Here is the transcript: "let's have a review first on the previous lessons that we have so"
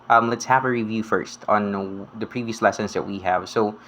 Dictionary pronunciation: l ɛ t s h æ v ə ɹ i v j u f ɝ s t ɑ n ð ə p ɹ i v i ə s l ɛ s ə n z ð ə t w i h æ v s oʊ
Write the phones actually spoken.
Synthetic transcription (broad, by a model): l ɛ t s h æ v ə ɹ i v j u f ɝ s t n ð ə p ɹ i v i ə s l ɛ s ə n z ð ə t w i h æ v s oʊ